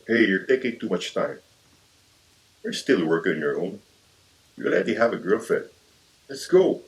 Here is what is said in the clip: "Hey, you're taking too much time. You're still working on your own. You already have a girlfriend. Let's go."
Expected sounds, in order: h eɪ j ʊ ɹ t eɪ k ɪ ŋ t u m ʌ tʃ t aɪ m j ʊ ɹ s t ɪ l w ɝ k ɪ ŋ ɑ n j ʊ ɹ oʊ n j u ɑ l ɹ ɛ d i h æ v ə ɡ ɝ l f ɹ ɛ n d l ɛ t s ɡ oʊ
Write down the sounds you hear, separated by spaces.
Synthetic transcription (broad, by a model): h eɪ j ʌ ɹ t eɪ k ɪ ŋ t u m ʌ tʃ t aɪ m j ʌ ɹ s t ɪ l w ɝ k ɪ ŋ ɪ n j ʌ ɹ oʊ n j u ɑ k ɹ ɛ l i h æ v ə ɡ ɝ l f ɛ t l ɛ t s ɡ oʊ